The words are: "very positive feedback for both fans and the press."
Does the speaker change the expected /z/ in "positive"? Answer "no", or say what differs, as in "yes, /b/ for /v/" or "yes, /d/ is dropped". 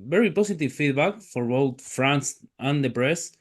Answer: yes, /s/ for /z/